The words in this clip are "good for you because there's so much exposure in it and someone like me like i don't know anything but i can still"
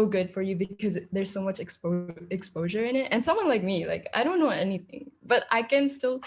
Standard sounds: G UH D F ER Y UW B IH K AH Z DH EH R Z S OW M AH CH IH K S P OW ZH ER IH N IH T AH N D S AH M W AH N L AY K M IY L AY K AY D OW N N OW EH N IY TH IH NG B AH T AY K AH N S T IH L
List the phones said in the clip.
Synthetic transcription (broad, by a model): G UH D F ER Y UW B IH K AH Z DH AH R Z S OW M AH CH IH K S P OW ZH ER IH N IH T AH N S AH M W AH N L AY K M IY L AY K AY D OW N N OW EH N IY TH IH NG B AH T AY K AH N S T IH L